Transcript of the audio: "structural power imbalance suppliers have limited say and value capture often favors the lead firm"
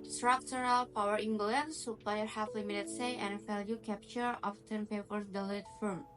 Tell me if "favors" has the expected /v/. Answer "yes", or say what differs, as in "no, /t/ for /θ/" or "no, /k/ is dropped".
no, /p/ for /v/